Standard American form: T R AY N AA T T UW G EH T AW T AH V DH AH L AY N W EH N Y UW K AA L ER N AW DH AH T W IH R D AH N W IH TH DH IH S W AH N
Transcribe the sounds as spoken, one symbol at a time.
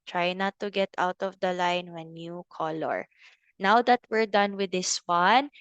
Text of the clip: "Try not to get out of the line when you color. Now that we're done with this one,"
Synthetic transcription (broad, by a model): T R AY N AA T T UW G EH T AW T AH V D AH L AY N W EH N Y UW K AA L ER N AW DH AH T W IH R D AH N W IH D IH S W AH N